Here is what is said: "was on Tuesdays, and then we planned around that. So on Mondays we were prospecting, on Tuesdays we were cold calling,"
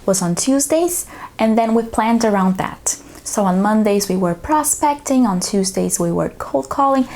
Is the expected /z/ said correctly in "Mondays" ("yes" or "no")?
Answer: yes